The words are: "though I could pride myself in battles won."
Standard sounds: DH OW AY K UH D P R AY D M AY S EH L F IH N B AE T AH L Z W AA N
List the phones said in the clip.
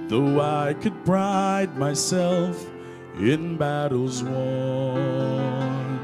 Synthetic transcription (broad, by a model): DH OW AY K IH D B R AY D M AY S EH L F IH N B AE T L Z W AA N